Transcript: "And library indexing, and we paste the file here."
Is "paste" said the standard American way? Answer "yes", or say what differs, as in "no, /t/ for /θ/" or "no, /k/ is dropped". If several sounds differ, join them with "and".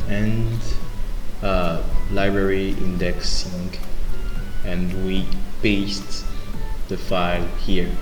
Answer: no, /b/ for /p/